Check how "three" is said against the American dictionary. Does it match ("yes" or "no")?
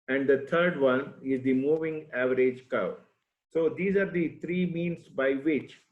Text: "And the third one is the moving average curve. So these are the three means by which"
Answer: no